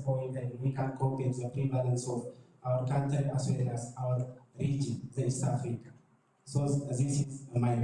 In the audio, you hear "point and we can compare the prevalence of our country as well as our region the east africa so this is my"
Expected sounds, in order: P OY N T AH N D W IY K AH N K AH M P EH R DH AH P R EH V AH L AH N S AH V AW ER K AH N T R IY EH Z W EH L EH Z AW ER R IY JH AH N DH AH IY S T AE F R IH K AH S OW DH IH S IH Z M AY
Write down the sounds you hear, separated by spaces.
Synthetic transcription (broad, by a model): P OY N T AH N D W IY K AH N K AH P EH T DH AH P R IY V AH L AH N S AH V AW ER K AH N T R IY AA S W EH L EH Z AW ER R IY JH AH N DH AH IY S T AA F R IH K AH S OW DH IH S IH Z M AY